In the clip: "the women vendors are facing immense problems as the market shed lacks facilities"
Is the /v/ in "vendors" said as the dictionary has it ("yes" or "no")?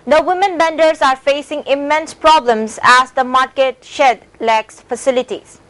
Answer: no